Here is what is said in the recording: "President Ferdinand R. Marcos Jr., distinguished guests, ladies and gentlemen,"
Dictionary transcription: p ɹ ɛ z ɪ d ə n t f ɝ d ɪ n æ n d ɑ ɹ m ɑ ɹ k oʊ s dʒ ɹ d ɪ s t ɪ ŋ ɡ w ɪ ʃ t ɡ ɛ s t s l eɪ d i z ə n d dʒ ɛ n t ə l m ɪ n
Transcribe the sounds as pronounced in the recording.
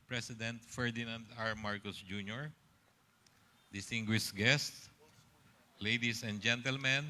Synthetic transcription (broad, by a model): p ɹ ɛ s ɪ d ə n t f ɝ d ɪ n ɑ n d ɑ ɹ m ɑ ɹ k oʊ s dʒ ɹ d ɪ s t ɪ ŋ ɡ w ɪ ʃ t ɡ ɛ s t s l eɪ d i s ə n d dʒ ɛ n t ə l m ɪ n